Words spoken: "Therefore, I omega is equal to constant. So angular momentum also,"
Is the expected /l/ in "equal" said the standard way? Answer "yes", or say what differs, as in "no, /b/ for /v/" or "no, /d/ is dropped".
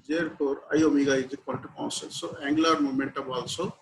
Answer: no, /n/ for /l/